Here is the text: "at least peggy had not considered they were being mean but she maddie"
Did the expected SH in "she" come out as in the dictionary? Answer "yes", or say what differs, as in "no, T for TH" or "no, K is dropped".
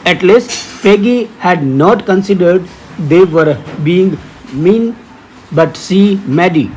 no, S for SH